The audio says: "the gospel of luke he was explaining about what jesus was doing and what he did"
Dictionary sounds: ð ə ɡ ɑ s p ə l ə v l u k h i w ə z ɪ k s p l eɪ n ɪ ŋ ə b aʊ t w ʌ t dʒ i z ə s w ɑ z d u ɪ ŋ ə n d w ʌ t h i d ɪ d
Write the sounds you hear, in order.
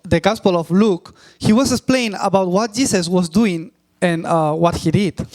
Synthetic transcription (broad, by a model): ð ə ɡ ɑ s p ə l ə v l u k h i w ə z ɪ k s p l eɪ ɪ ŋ ə b aʊ t w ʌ t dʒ i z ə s w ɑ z d u ɪ ŋ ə n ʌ w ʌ t h i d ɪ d